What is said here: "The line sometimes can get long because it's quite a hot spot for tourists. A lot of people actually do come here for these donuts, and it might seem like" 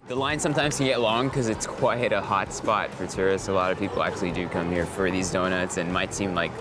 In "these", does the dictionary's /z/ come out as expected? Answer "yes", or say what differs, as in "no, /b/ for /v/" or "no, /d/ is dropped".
yes